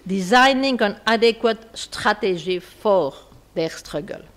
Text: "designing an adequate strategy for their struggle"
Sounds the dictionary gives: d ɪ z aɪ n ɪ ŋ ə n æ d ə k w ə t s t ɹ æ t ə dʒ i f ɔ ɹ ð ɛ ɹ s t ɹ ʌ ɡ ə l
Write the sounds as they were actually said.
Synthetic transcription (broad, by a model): d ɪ z aɪ n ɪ ŋ ə n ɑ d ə k w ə t s t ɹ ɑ t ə ʒ i f ɔ ɹ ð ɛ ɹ s t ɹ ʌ ɡ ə l